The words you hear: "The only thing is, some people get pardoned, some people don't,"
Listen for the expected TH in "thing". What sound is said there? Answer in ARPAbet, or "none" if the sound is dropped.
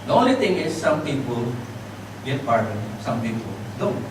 T